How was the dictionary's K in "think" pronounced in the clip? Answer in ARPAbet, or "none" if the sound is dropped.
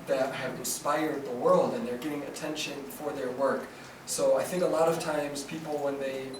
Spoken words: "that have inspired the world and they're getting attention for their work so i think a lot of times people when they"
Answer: K